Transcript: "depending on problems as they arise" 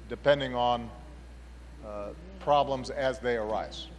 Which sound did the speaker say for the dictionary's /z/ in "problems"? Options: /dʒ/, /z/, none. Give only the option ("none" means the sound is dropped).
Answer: /z/